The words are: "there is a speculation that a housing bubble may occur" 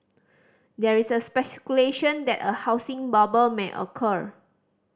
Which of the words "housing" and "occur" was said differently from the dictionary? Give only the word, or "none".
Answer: housing